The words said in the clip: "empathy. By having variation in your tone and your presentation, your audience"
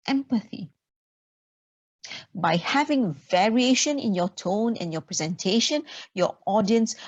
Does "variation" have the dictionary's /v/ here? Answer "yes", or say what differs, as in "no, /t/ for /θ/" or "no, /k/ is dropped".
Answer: yes